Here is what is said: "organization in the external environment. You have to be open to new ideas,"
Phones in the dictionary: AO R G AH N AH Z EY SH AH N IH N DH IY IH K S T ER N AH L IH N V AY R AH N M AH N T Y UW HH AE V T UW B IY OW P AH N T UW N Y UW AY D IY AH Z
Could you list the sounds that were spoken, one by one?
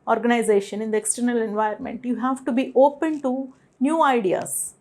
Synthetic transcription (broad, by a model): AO R G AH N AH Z EY SH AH N IH N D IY IH K S T ER N AH L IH N V AY AH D M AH N T Y UW HH AE V T UW B IY OW P AH N T UW N Y UW AY D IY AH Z